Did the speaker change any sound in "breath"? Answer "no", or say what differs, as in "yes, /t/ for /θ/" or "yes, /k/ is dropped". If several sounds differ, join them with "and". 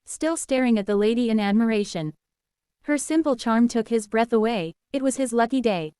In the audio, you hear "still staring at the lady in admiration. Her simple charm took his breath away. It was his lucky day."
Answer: no